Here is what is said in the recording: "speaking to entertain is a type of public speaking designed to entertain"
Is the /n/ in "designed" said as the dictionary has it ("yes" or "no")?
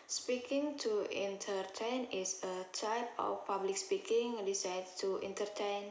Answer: no